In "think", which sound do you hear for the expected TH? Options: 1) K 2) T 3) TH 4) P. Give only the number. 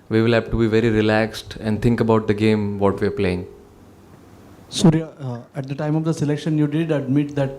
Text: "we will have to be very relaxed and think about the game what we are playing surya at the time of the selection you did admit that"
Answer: 2